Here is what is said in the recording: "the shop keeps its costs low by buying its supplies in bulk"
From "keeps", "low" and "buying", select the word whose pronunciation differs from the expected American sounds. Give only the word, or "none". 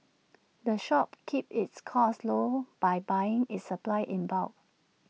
keeps